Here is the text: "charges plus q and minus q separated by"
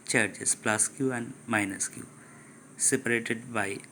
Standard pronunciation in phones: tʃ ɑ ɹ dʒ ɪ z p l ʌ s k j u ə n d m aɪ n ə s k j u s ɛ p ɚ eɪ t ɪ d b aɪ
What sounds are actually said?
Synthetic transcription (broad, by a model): tʃ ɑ ɹ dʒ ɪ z p l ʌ s k j u ə n d m aɪ n ə s k j u s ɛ p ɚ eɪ t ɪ d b aɪ